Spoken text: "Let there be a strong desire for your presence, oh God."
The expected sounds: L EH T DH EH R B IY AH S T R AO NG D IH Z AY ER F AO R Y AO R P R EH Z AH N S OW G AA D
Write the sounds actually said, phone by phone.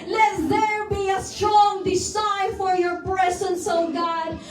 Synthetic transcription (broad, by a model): L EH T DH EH R B IY AH S T R AO NG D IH S AY F AO R Y AO R P R EH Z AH N S OW G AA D